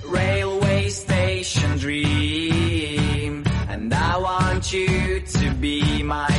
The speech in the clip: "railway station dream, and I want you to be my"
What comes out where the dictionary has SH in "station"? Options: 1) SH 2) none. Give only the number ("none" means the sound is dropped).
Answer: 1